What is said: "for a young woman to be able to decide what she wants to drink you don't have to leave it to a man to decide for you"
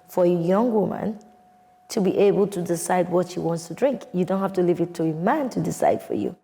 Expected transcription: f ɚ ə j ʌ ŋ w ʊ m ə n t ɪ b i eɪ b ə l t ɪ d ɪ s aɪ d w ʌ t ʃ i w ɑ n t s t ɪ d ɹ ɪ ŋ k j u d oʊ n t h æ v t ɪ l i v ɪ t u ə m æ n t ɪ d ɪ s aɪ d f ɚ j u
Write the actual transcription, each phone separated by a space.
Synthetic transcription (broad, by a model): f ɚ ə j ʌ ŋ w ʊ m ə n t ɪ b i eɪ b ə l t ɪ d ɪ s aɪ d w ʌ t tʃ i w ɑ n t s t ɪ d ɹ ɪ ŋ k j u d oʊ n t h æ f t ɪ l i v ɪ t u ə m æ n t ɪ d ɪ s aɪ d f ɚ j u